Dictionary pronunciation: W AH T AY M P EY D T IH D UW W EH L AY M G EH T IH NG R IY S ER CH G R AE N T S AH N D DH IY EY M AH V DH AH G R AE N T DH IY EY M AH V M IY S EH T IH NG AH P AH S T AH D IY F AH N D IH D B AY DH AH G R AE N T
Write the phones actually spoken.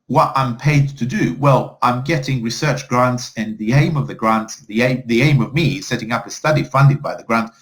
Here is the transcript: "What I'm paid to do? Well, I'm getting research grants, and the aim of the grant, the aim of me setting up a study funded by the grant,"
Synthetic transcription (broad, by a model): W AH T AY M P EY D T IH D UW W EH L AY M G EH T IH NG R IY S ER CH G R AE N T S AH N DH IY EY M AH V DH AH G R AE N T DH IY EY M AH V M IY S EH T IH NG AH P AH S T AH D IY F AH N D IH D B AY DH AH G R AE N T